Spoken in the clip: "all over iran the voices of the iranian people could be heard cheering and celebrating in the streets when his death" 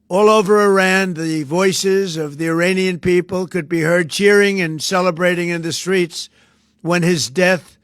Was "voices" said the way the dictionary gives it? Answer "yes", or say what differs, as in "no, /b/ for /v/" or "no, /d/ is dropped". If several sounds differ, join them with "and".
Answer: yes